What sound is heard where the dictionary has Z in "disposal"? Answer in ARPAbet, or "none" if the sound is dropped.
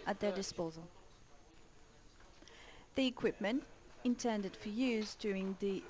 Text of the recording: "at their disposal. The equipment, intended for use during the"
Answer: Z